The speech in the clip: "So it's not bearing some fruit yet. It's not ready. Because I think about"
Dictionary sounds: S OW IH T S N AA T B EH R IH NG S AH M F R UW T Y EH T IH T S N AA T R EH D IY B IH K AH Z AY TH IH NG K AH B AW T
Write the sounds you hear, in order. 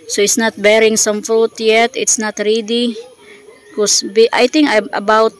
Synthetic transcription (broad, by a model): S OW IH T S N AA T B EH R IH NG S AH M F R UW T Y EH T IH T S N AA T R EH D IY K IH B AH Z AY T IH NG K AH B AW T